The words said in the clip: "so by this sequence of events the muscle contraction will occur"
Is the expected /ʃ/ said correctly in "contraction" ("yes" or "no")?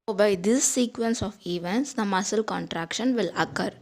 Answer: yes